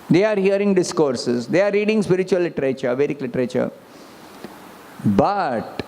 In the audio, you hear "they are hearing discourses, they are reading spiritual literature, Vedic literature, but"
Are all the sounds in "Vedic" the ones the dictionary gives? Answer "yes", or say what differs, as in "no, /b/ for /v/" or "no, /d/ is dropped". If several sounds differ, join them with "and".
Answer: yes